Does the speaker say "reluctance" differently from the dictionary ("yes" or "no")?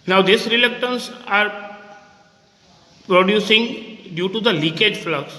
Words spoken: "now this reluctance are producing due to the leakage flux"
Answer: no